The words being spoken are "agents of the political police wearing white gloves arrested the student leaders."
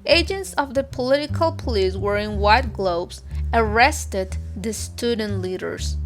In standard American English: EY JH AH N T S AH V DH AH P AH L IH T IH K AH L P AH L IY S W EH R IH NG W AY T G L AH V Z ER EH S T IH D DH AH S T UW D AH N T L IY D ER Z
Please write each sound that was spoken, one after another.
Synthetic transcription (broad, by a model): EY JH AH N T S AH V DH AH P AH L IH T IH K AH L P AH L IY S W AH R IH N W AY T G L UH B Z ER EH S T IH D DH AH S T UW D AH N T L IY D ER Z